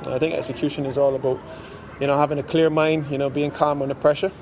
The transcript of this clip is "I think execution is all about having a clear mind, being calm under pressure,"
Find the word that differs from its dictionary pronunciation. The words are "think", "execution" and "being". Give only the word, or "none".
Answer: none